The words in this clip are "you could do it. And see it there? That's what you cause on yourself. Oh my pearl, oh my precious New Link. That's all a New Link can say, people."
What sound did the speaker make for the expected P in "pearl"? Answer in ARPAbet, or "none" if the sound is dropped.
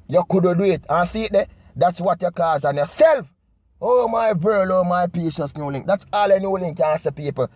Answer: B